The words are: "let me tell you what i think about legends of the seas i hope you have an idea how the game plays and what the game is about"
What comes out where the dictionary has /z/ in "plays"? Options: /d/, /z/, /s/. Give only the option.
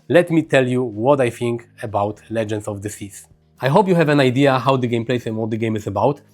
/s/